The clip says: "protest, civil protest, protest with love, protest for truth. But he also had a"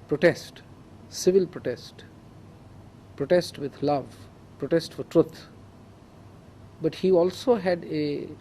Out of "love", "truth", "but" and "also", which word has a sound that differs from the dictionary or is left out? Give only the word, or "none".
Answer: truth